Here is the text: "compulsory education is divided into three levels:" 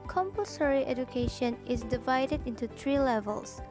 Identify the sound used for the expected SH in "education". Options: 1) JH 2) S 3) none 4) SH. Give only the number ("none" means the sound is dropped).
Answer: 4